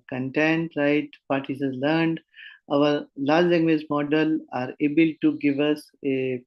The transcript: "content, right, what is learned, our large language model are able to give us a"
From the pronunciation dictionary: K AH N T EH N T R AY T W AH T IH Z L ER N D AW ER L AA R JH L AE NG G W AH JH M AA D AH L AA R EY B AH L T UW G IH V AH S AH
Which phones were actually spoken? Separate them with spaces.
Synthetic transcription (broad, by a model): K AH N T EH N T R AY T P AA T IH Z L ER N D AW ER L AA R JH L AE NG G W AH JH M AA D AH L AA R EY B AH L T UW G IH V AH S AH